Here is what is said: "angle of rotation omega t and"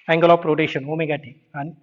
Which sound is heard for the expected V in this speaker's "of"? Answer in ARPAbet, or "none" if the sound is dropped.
P